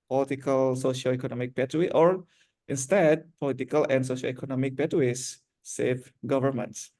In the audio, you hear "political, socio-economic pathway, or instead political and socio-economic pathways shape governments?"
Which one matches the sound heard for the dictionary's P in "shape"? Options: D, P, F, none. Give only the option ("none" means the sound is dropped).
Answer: F